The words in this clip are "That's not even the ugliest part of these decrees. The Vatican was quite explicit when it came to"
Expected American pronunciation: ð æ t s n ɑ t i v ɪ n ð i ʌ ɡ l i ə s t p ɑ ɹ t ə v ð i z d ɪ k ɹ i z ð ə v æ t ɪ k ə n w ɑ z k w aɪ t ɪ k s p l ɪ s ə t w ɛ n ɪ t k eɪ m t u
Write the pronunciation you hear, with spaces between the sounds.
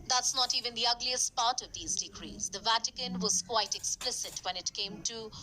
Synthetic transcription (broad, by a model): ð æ t s n ɑ t i v ɪ n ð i ʌ ɡ l i ə s t p ɑ ɹ t ə v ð i z d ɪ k ɹ i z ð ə v æ t ɪ k ə n w ɑ z k w aɪ t ɪ k s p l ɪ s ə t w ɛ n ɪ t k eɪ m t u